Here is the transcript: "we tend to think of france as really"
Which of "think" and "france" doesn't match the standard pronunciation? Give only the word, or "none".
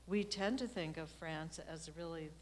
none